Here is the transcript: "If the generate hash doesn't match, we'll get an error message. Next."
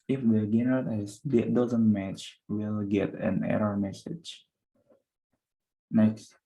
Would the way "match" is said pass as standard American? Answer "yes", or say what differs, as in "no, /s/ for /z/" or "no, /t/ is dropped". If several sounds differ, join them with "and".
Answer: yes